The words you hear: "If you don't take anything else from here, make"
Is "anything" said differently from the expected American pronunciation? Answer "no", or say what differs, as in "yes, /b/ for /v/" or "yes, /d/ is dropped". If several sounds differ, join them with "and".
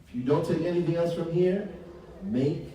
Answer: no